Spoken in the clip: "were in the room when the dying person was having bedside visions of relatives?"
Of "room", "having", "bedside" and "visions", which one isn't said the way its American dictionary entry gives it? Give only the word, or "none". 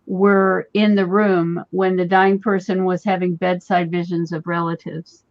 none